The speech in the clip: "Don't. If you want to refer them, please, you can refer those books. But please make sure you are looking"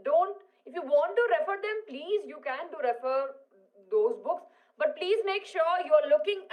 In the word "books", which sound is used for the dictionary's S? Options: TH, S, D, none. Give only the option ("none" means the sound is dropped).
S